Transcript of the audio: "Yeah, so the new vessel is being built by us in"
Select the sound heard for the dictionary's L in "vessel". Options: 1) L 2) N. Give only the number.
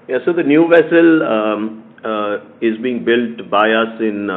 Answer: 1